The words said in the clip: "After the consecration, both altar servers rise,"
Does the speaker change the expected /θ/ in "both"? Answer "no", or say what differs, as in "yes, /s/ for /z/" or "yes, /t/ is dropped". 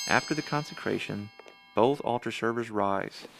no